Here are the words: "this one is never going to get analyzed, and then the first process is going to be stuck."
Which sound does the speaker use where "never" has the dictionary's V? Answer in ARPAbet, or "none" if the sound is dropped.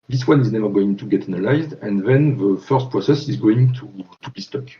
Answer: V